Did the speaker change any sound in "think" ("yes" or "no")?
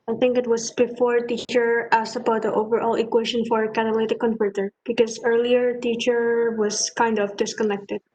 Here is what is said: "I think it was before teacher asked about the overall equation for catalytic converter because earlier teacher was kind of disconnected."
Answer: no